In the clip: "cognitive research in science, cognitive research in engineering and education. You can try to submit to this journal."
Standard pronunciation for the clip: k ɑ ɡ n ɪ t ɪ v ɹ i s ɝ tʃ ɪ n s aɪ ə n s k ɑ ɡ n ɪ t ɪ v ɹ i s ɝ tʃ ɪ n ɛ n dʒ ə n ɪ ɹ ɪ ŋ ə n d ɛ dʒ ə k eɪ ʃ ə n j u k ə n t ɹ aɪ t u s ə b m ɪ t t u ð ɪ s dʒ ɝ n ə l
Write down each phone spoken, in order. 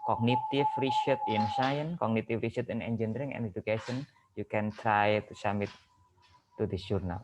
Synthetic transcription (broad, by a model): k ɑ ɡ n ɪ t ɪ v ɹ i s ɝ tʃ ɪ n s aɪ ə n k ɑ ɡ n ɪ t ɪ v ɹ i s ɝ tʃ ɪ n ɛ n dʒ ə n ɹ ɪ ŋ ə n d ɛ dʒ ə k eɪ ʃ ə n j u k ə n t ɹ aɪ t u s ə m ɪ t t u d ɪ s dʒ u n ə l